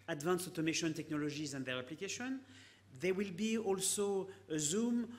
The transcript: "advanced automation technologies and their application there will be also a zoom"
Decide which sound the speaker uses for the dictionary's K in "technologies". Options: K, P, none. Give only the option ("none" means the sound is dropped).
K